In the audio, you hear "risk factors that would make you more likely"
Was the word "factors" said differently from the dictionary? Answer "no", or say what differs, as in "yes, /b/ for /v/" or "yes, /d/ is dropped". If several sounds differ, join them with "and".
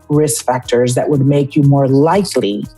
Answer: no